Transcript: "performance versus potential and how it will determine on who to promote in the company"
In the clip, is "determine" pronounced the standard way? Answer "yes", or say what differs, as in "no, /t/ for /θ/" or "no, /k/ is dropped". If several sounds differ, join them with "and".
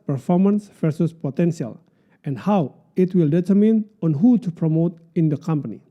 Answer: yes